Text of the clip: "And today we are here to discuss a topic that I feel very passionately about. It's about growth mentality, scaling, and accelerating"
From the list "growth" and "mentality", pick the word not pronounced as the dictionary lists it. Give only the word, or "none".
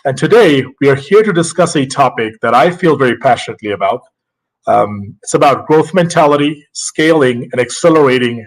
none